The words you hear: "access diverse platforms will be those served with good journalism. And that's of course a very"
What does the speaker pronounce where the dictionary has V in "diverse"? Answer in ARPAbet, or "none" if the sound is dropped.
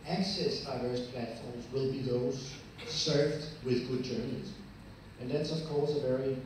V